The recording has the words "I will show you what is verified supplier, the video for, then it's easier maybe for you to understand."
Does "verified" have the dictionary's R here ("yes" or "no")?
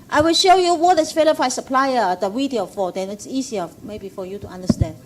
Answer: no